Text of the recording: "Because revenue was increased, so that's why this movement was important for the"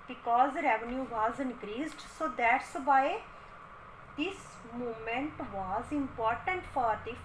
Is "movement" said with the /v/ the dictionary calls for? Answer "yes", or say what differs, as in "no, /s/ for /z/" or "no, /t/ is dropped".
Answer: no, /v/ is dropped